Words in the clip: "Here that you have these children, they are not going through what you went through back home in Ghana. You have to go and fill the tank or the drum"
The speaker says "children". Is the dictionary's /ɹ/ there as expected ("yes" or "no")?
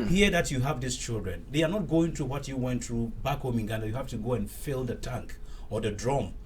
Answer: yes